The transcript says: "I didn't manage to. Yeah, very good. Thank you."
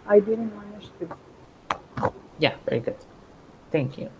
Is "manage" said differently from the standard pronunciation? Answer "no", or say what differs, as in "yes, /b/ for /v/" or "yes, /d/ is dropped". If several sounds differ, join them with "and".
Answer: yes, /ʃ/ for /dʒ/